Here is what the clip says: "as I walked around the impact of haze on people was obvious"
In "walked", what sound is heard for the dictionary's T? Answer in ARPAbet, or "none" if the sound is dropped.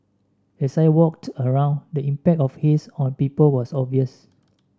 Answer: T